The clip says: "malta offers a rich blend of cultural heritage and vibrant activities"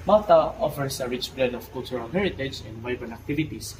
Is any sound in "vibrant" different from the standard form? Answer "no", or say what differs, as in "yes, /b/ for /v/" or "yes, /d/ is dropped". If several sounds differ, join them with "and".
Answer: yes, /ɹ/ is dropped and /t/ is dropped